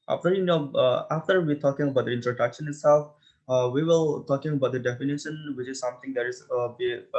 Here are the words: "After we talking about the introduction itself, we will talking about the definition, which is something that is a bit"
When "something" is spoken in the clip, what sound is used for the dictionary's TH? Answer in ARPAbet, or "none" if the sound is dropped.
T